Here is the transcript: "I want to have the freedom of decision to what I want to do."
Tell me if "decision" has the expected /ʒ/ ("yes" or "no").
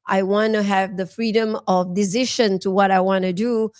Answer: no